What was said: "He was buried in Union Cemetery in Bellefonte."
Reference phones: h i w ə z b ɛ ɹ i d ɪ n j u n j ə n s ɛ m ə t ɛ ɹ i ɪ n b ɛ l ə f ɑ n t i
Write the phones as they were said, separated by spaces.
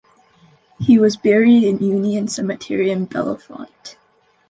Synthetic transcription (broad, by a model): h i w ə z b ɛ ɹ i d ɪ n j u n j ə n s ɛ m ə t ɛ ɹ i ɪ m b ɛ l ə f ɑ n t